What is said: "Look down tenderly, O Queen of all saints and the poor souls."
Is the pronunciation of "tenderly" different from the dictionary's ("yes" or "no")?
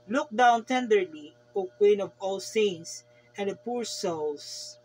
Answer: no